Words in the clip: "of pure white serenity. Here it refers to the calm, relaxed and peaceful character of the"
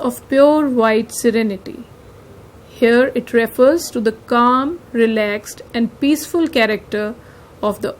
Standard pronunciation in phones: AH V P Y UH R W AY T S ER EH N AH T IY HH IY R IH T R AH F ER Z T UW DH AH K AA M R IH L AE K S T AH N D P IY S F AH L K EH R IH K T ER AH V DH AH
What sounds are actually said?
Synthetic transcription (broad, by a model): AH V P Y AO R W AY T S ER EH N AH T IY HH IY R IH T R AH F ER Z T UW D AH K AA M R IH L AE K S T AH N D P IY S F AH L K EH R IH K T ER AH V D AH